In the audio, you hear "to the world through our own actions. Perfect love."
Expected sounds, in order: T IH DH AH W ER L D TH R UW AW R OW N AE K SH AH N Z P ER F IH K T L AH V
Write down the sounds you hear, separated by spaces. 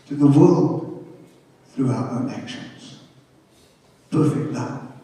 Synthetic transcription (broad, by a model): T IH DH AH W ER L D TH R UW AW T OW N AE K SH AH N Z P ER F IH K T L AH